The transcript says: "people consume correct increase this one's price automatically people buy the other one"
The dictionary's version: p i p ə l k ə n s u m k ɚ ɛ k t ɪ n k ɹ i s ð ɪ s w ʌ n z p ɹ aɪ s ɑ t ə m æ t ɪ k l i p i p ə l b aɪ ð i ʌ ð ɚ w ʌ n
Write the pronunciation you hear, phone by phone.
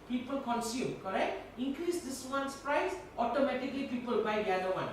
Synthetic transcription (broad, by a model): p i p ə l k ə n s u m k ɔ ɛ k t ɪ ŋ k ɹ i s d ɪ s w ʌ n s p ɹ aɪ s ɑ t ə m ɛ t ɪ k l i p i p ə l b aɪ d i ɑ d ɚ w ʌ n